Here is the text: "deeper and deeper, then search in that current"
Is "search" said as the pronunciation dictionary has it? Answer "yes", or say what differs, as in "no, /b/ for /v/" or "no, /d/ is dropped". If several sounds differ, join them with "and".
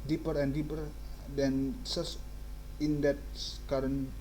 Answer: no, /s/ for /tʃ/